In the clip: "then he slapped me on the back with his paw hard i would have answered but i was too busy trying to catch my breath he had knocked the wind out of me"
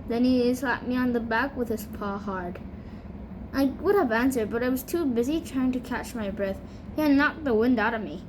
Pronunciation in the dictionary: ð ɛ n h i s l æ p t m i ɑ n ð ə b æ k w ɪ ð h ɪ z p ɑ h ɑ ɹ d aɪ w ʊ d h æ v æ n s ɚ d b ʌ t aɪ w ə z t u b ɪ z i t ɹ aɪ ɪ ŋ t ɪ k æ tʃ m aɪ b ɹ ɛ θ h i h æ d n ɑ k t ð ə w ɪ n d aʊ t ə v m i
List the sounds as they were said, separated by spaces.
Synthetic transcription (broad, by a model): ð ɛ n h i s l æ t m i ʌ n ð ə b æ k w ɪ ð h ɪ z p ɑ h ɑ ɹ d aɪ w ʊ d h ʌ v æ n s ɚ d b ʌ t aɪ w ə z t u b ɪ z i t ɹ aɪ ɪ ŋ t ɪ k æ tʃ m aɪ b ɹ ɛ θ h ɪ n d n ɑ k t ð ə w ɪ n d aʊ t ə v m i